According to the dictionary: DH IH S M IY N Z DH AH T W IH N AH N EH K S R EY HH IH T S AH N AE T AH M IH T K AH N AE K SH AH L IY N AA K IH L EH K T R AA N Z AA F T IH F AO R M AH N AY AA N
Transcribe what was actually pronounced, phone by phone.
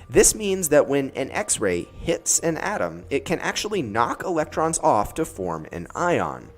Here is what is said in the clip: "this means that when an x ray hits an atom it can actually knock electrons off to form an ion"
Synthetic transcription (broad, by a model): DH IH S M IY N Z DH AH T W IH N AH N EH K S R EY HH IH T S AH N AE T AH M IH T K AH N AE K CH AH L IY N AA K IH L EH K T R AA N Z AA F T IH F AO R M AH N AY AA N